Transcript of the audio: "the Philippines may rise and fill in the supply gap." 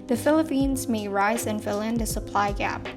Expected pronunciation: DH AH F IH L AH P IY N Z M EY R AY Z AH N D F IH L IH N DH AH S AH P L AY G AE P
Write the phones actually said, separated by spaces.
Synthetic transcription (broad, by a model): DH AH F IH L AH P IY N Z M EY R AY Z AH N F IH L IH N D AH S AH P L AY G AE P